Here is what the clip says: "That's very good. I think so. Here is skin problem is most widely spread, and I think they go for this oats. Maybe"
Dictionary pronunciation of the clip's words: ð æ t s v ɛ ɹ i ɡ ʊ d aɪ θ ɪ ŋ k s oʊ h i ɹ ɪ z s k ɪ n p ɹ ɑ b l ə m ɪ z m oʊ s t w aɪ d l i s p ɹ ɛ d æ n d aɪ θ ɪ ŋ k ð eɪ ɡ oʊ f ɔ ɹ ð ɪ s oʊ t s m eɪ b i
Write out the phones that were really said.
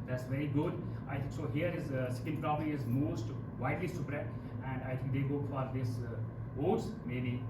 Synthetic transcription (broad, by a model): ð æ t s v ɛ ɹ i ɡ ʊ d aɪ t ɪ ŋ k s oʊ h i ɹ ɪ z s k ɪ n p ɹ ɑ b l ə ɪ z m oʊ s t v aɪ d l i s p ɹ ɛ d æ n d aɪ t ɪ ŋ k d eɪ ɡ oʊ f ɔ ɹ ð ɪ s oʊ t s m eɪ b i